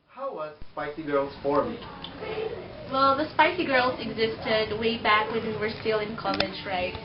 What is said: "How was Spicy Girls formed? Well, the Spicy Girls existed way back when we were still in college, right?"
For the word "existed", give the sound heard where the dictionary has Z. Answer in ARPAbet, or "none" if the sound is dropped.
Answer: Z